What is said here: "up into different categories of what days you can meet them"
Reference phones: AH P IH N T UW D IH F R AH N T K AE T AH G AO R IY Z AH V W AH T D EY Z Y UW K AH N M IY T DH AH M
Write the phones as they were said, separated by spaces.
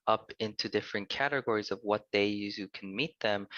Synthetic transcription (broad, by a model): AH P IH N T UW D IH F R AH N K AE T AH G AO R IY Z AH V W AH T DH EY Y UW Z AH N M IY T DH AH M